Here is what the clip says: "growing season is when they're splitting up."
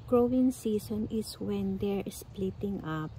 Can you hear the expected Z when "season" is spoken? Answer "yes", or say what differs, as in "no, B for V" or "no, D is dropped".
no, S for Z